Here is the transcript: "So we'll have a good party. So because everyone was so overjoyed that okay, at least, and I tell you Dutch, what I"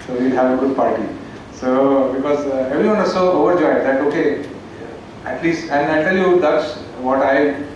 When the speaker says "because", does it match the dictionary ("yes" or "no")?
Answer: yes